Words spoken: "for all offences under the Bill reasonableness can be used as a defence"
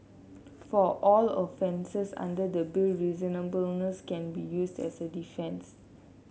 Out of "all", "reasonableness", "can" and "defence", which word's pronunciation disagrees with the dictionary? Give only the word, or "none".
none